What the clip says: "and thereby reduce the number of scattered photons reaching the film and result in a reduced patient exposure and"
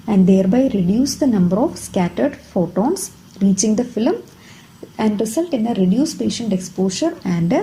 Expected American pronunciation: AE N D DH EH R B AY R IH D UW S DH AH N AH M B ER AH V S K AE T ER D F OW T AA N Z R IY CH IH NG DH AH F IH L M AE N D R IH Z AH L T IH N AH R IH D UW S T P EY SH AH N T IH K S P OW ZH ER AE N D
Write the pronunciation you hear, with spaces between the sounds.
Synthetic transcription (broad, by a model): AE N D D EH R B AY R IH D UW S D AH N AH M B ER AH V S K AE T ER D F OW T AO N S R IY CH IH NG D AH F IH L M AE N D R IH S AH L T IH N AH R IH D UW S P EY SH AH N T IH K S P OW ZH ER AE N D